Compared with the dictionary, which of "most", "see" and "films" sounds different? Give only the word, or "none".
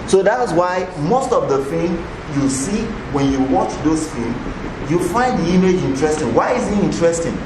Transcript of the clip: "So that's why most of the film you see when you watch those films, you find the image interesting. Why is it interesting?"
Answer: films